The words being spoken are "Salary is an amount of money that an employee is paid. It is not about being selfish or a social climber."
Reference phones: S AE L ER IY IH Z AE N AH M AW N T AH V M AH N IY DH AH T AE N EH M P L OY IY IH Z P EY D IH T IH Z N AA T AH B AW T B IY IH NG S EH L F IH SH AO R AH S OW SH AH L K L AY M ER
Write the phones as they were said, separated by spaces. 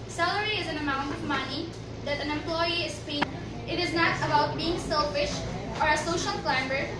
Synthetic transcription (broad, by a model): S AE L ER IY IH Z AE N AH M AW N T AH V M AH N IY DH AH T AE N EH M P L OY IY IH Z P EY IH T IH Z N AA T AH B AW T B IY IH NG S EH L F IH SH AO R AH S OW SH AH L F L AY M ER